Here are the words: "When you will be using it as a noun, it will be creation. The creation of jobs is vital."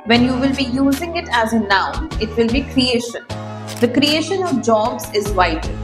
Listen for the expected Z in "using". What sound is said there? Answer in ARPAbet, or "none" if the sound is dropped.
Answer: Z